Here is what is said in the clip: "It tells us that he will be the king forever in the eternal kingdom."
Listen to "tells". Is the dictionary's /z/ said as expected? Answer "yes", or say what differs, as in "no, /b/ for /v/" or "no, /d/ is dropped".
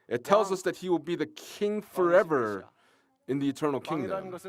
yes